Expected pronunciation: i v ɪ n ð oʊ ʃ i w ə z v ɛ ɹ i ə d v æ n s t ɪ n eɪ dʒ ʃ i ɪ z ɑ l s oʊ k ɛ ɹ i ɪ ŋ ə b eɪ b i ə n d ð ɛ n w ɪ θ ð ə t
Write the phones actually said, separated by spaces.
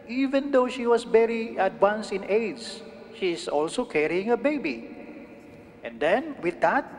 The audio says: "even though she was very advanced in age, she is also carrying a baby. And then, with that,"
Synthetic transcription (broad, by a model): i v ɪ n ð oʊ ʃ i w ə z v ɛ ɹ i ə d w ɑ n s ɪ n eɪ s ʃ i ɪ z ɑ l s oʊ k ɛ ɹ i ɪ ŋ ə b eɪ b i ə n d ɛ n w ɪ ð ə t